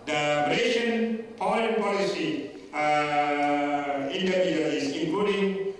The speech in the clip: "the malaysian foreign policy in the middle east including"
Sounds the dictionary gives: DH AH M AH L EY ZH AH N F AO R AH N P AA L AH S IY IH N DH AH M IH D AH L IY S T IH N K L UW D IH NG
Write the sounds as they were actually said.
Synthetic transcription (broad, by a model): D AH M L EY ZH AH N P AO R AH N P AA L AH S IY IH N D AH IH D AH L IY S IH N K L UW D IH NG